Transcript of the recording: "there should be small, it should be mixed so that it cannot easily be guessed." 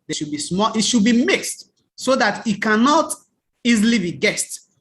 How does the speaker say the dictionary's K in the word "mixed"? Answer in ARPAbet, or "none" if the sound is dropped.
K